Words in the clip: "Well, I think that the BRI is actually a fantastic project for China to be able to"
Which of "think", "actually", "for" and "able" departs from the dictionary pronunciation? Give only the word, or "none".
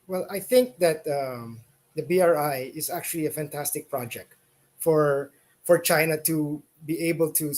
none